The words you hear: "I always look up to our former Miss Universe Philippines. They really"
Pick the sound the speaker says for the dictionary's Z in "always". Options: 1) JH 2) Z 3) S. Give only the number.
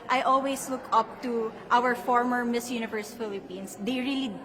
3